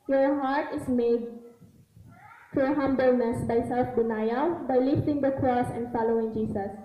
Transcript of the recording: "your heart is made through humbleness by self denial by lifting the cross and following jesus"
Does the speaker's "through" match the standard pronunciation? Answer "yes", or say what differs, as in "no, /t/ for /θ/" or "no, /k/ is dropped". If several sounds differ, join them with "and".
no, /t/ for /θ/